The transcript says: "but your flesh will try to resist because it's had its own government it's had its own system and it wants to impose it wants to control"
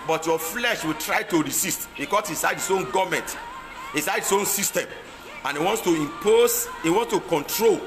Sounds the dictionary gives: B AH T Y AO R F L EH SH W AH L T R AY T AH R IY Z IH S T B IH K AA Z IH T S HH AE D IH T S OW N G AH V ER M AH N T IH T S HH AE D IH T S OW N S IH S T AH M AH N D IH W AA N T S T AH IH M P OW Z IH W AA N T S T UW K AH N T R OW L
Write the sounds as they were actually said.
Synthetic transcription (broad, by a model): B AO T Y AO F L EH SH W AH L T R AY T AH R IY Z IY S T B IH K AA S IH S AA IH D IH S OW N G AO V M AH N T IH S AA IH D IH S OW N S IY S T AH M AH N IH W AA N T S T AH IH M P OW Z IH W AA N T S T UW K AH N T R OW L